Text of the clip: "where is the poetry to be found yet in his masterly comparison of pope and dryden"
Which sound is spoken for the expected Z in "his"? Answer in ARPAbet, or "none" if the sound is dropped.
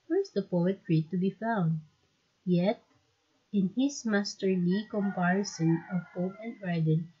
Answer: S